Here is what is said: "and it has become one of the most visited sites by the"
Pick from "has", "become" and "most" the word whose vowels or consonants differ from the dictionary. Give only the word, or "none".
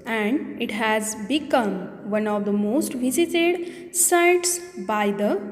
none